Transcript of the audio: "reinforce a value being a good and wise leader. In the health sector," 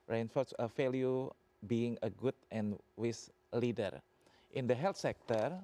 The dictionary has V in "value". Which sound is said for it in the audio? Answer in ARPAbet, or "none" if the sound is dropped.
F